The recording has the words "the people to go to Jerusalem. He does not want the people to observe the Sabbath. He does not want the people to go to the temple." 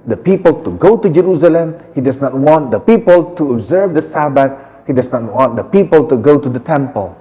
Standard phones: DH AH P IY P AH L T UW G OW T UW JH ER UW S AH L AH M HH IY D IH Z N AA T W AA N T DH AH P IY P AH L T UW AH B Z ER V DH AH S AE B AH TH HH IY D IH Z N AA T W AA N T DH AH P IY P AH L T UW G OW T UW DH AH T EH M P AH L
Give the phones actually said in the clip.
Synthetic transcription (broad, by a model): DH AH P IY P AH L T UW G OW T UW JH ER UW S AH L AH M HH IY D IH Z N AA T W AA N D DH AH P IY P AH L T UW AH B Z ER V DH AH S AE B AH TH HH IY D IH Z N AA T W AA N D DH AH P IY P AH L T UW G OW T UW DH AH T EH M P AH L